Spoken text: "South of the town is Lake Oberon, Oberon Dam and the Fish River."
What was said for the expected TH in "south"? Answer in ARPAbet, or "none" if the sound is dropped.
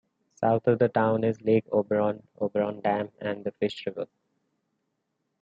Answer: T